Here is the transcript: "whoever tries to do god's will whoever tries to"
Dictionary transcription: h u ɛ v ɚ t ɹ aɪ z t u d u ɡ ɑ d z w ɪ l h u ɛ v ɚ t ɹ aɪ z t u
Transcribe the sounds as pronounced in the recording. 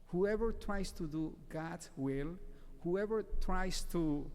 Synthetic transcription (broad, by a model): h u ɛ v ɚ t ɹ aɪ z t u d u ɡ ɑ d w ɪ l h u ɛ v ɚ t ɹ aɪ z t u